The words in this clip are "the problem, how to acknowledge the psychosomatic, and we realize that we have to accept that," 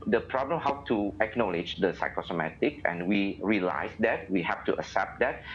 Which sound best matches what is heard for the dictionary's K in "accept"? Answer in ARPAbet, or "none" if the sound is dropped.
none